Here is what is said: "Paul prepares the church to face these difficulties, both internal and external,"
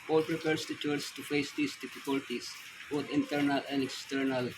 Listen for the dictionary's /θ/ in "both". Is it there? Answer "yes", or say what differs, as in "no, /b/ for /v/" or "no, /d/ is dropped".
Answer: no, /t/ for /θ/